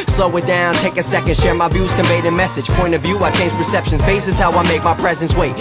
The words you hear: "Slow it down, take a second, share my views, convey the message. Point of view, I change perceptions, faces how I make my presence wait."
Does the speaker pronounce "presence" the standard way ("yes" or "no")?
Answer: yes